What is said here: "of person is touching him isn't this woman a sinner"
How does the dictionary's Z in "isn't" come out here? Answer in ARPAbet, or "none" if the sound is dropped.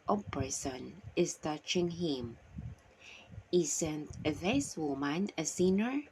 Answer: S